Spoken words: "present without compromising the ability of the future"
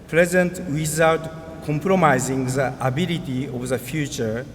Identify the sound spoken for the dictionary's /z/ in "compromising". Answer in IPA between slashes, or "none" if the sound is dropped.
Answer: /z/